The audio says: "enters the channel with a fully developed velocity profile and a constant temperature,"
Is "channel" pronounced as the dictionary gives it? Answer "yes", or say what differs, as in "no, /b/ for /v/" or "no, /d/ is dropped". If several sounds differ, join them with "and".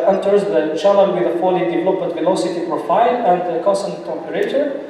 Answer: no, /l/ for /n/ and /n/ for /l/